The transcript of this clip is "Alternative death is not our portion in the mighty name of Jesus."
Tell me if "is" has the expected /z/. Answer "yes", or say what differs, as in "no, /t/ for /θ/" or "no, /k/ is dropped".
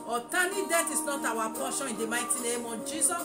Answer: no, /s/ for /z/